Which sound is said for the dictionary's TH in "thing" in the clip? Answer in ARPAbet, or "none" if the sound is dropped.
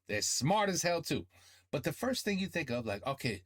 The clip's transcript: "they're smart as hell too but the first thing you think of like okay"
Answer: TH